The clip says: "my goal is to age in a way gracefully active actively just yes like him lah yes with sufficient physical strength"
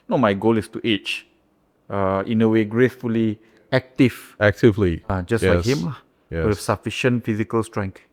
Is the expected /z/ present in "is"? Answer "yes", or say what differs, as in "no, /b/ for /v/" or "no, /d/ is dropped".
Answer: no, /s/ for /z/